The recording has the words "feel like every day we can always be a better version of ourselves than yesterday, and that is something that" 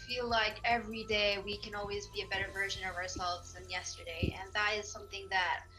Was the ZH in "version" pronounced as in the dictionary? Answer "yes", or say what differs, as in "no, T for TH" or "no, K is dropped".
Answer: yes